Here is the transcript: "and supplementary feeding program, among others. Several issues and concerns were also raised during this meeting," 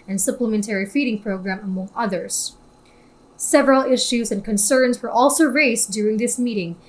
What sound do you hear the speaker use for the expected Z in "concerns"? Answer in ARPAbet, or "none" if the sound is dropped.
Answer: Z